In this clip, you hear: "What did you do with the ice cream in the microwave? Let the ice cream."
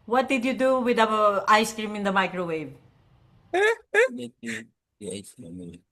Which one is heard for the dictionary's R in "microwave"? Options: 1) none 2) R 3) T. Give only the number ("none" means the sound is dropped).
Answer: 2